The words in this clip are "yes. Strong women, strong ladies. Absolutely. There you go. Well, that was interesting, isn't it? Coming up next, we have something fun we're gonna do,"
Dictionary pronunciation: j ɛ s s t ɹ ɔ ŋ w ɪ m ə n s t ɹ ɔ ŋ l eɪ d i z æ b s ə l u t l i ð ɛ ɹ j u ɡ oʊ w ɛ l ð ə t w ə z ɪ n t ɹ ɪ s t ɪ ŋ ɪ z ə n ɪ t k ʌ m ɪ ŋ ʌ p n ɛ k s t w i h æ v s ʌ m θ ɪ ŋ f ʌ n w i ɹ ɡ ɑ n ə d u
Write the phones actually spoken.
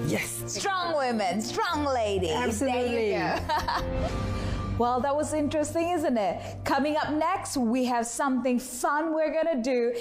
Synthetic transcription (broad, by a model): j ɛ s s t ɹ ɔ ŋ w ɪ m ə n s t ɹ ɔ ŋ l eɪ d i æ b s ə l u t l i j w ɛ l ð ə t w ə z ɪ n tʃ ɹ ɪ s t ɪ ŋ ɪ z ə n ɪ t k ʌ m ɪ ŋ ʌ p n ɛ k s t w i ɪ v s ʌ m θ ɪ ŋ f ʌ n w i ɹ ɡ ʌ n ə d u